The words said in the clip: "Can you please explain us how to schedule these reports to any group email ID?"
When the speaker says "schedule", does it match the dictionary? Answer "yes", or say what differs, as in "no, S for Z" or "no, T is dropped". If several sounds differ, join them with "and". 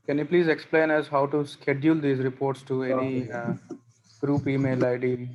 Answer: yes